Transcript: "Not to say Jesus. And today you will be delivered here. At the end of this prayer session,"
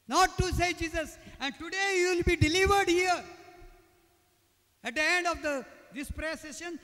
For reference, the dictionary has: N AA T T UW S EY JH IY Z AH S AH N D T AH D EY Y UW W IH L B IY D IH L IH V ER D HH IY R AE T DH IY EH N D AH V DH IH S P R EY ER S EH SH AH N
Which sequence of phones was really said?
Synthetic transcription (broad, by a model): N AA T T UW S EY JH IY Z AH S AH N D T AH D EY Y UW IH L B IY D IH L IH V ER D HH IY R AE T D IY EH N D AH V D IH S P R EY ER S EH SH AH N